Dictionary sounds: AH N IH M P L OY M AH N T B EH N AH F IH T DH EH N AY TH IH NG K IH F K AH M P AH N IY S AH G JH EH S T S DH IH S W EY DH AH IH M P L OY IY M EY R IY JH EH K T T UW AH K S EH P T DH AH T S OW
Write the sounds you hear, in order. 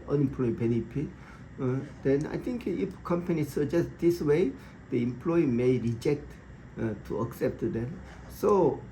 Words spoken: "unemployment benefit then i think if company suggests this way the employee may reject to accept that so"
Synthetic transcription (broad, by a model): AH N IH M P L OY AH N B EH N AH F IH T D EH N AY T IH NG K IH F K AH M P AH N IY S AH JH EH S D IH S W EY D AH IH M P L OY IY M EY R IY JH EH K T T UW AH K S EH P T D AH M S OW